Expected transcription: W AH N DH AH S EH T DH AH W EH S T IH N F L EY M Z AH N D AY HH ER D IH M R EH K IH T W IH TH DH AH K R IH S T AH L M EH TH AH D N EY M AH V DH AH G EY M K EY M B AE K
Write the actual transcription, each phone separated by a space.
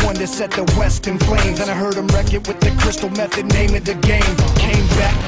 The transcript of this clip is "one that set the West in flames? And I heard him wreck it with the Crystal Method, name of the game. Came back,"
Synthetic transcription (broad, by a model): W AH N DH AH S EH T DH AH W EH S T IH N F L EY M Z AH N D AY HH ER D IH M R EH K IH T W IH DH AH K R IH S T L M EH TH AH D N EY M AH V DH AH G EY M K EY M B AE K